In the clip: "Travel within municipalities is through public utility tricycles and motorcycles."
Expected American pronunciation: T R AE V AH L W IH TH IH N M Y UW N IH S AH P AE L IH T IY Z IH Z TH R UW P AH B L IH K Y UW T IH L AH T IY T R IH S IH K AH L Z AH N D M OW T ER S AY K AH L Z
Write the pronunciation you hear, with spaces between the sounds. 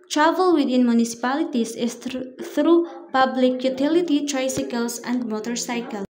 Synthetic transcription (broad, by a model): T R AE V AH L W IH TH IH N M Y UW N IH S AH P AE L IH T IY S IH S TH R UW P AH B L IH K Y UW T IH L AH T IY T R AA S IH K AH L S AH N D M OW T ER S AY K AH L